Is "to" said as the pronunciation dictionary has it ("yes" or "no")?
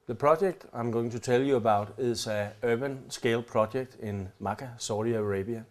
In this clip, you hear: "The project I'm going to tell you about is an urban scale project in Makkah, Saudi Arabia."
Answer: no